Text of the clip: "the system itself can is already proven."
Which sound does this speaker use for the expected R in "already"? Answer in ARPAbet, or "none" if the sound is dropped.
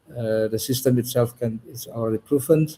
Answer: L